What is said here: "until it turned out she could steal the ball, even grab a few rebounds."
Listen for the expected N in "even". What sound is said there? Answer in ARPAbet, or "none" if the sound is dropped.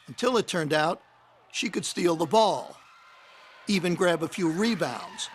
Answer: N